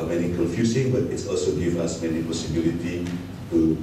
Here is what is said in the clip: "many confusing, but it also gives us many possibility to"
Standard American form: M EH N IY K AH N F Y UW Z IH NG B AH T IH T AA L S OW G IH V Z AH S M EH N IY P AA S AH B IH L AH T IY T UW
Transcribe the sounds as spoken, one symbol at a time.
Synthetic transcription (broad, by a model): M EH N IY K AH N F Y UW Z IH NG B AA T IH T AA L S OW G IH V AA S M EH N IY P AA S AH B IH L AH T IY T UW